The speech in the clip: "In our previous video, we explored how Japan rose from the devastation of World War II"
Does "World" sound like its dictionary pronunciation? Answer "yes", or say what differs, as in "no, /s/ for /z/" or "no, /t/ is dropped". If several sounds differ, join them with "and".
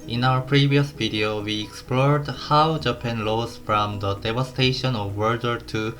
no, /l/ is dropped